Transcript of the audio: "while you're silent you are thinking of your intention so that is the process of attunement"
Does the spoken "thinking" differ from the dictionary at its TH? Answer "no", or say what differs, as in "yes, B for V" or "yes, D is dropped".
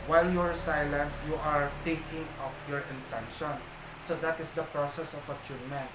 yes, T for TH